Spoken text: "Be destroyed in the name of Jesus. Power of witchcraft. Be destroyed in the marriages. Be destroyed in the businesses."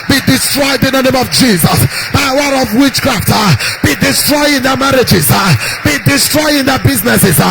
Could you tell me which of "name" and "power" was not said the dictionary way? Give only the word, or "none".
power